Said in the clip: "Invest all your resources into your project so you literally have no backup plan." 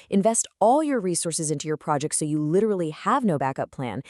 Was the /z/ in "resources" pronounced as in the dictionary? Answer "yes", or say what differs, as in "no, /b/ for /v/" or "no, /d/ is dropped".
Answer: yes